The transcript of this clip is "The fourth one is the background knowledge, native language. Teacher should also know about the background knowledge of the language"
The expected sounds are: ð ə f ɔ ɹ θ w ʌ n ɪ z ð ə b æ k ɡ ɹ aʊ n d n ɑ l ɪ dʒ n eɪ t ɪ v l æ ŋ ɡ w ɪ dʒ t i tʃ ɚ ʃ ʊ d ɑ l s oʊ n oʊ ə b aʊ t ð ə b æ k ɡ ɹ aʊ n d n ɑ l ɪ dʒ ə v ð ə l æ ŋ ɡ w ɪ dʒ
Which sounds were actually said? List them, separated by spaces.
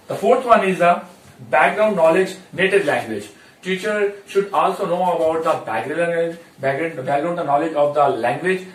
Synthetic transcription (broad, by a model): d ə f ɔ ɹ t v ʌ n ɪ z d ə b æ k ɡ ɹ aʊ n d n ɑ l ɪ dʒ n eɪ t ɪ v l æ ŋ ɡ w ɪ dʒ t i tʃ ɚ ʃ ʊ d ɑ l s oʊ n oʊ ə b aʊ t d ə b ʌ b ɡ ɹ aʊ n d n ɑ l ɪ dʒ ə v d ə l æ ŋ ɡ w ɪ dʒ